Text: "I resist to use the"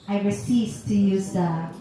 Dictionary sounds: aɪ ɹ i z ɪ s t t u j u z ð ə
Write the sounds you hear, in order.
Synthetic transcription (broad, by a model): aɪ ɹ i s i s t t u j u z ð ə